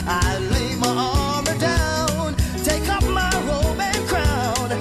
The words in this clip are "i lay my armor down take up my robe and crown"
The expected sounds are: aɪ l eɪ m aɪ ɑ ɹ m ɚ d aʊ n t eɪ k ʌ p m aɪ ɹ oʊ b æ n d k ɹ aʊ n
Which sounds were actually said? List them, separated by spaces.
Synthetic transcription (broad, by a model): aɪ l eɪ m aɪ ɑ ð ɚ d aʊ n t eɪ k ʌ p m aɪ ɹ oʊ b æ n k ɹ aʊ n